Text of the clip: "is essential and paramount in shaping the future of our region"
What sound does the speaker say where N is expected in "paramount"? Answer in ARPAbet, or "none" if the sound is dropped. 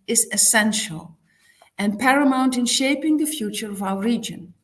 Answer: N